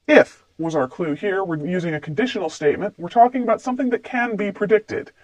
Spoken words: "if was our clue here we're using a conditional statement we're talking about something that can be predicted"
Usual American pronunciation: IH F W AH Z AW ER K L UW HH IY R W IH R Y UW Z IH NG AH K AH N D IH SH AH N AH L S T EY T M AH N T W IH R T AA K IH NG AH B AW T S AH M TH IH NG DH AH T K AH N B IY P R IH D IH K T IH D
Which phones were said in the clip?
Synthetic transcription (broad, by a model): IH F W AH Z AW ER K L UW HH IY R W IH R Y UW Z IH NG AH K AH N D IH SH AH N L S T EY T M AH N T W IH R T AA K IH NG AH B AW T S AH M TH IH NG DH AH T K AH N B IY P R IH D IH K T IH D